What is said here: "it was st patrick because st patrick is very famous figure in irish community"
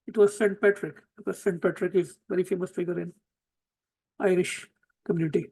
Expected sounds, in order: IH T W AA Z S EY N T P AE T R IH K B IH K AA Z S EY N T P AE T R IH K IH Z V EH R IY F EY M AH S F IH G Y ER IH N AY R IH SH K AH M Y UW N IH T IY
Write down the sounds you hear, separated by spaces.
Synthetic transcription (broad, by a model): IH T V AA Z S EY N T P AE T R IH K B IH K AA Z S EY N T P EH T R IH K IH Z V EH R IY F EY M AH S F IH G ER IH N AY R IH SH K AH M Y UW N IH T IY